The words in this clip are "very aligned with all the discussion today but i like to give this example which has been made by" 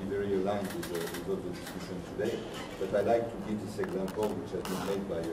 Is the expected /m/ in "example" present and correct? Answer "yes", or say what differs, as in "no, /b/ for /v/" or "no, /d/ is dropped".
yes